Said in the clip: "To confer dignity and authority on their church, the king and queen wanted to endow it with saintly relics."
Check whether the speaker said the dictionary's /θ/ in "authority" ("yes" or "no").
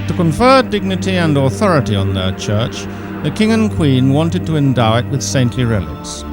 yes